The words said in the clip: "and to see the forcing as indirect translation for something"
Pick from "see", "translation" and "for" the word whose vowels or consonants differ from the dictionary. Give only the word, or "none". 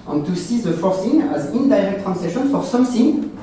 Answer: translation